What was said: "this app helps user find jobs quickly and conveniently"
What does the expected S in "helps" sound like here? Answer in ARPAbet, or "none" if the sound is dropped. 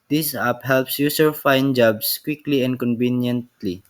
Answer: S